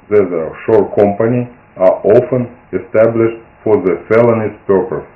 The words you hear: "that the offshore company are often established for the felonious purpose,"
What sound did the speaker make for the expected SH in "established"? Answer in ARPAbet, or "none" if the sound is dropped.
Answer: SH